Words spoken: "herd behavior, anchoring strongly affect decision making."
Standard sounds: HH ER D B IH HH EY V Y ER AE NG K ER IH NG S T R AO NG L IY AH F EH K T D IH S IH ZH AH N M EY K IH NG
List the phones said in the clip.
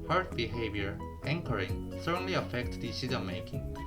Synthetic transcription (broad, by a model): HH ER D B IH HH EY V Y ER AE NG K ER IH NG S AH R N L IY AH F EH K T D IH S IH Z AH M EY K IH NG